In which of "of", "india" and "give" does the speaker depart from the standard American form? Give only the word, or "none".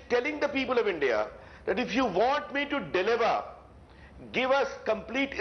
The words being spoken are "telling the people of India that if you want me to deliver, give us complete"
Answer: none